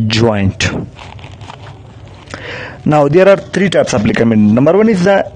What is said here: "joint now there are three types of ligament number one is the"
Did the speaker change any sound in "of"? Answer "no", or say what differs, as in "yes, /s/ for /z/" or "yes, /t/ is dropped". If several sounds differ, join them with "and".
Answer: yes, /p/ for /v/